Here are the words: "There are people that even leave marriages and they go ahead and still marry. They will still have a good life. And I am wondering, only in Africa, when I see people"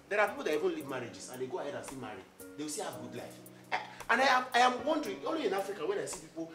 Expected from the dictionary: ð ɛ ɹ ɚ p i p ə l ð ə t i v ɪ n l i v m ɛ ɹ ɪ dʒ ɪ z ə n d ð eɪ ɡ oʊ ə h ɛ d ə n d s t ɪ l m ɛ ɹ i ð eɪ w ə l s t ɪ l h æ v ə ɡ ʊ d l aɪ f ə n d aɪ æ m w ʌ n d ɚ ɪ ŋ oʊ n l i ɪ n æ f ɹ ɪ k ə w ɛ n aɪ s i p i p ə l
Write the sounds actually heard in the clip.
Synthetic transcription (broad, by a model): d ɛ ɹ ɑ p i p ə l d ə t i v ɪ n l i v m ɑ ɹ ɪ dʒ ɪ s ə n d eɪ ɡ oʊ ə h ɛ d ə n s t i m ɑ ɹ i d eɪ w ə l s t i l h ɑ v ɡ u d l aɪ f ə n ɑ aɪ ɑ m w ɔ n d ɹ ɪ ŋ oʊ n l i ɪ n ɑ f ɹ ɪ k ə w ɛ n aɪ s i p i p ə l